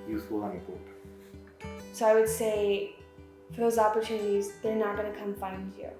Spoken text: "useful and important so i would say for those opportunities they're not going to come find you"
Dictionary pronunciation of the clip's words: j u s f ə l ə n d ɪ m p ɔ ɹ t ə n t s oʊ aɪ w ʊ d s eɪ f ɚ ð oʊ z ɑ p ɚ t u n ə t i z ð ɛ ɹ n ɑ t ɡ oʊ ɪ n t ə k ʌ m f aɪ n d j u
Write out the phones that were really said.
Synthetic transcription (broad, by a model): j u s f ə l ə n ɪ p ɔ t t s oʊ aɪ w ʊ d s eɪ f ɚ ð oʊ z ɑ p ɚ t u n ə t i z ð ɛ ɹ n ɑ t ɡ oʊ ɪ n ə k ʌ m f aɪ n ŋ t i